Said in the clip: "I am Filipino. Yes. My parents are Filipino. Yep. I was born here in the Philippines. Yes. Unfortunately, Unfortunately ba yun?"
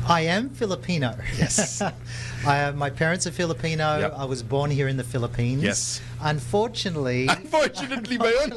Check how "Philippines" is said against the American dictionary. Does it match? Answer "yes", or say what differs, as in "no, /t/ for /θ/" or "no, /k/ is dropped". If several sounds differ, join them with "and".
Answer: no, /z/ is dropped